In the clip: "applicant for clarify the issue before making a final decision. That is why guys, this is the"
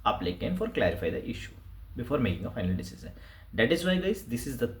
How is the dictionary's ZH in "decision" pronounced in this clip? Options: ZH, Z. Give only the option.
Z